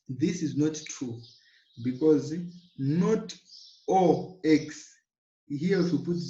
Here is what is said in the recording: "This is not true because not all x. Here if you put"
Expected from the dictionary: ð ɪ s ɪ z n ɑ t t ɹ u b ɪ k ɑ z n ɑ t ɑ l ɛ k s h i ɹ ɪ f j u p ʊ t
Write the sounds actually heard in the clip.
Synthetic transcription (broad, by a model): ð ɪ s ɪ z n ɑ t t ɹ u b ɪ k ɑ z n ɑ t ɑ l ɛ k s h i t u p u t